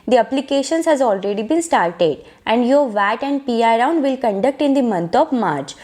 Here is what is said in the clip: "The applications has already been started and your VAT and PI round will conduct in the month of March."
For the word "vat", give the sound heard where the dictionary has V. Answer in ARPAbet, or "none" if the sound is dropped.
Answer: V